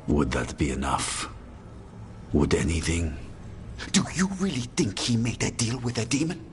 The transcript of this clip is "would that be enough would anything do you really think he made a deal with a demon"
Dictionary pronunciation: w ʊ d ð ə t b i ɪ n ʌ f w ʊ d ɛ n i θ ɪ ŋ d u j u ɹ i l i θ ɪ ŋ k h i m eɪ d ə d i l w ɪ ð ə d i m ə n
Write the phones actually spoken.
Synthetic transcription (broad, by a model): w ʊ d ð ə t b i ɪ n ʌ f w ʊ d ɛ n i θ ɪ ŋ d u j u ɹ i l i θ ɪ ŋ k h i m eɪ d ə d i l w ɪ ð ə d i m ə n